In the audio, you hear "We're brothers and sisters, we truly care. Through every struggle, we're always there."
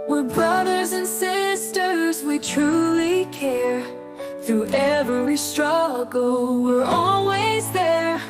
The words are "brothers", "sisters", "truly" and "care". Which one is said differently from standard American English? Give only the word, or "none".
none